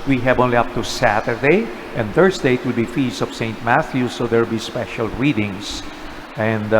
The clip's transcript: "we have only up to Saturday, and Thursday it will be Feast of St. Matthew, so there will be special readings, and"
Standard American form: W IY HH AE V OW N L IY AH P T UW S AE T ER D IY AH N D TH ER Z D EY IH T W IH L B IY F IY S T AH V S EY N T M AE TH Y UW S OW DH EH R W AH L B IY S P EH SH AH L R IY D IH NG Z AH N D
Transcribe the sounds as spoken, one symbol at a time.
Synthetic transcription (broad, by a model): W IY HH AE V OW N L IY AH P T UW S AE T ER D IY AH N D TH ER S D EY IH T W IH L B IY F IY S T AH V S EY N T M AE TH Y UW S OW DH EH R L B IY S P EH SH AH L R IY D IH NG S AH N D